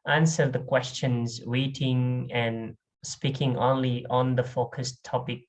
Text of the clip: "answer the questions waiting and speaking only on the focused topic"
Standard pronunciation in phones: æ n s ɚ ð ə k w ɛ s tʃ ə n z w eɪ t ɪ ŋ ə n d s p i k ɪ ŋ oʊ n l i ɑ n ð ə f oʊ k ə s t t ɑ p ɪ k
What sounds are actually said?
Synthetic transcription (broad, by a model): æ n s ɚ ð ə k w ɛ s tʃ ə n z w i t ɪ ŋ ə n s p i k ɪ ŋ oʊ n l i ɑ n ð ə f oʊ k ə s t t ɑ p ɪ k